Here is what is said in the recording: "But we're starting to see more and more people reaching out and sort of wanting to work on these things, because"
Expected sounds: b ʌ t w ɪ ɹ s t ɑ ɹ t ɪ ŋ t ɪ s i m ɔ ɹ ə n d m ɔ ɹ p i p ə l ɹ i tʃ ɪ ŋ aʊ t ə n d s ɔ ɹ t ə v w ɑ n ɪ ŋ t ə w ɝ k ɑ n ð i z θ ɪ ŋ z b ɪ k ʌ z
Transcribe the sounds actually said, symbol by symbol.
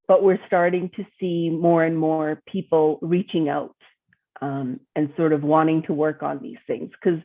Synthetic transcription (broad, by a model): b ʌ t w ɪ ɹ s t ɑ ɹ t ɪ ŋ t ɪ s i m ɔ ɹ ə n m ɔ ɹ p i p l ɹ i tʃ ɪ ŋ aʊ t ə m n s ɔ ɹ t ə v w ɑ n ɪ ŋ t ə w ɝ k n ð i z θ ɪ ŋ z k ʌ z